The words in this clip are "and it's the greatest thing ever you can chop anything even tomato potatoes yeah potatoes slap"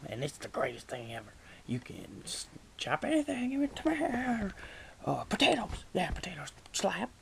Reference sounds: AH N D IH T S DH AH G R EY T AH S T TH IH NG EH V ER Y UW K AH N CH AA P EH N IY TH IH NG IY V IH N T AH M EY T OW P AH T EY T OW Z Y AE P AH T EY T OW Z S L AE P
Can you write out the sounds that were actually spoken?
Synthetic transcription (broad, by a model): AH N IH T S DH AH G R EY T AH S T TH IH NG EH V ER Y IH K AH N CH AA P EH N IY TH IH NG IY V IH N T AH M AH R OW P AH T EY T OW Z Y AE P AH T EY T OW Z S L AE P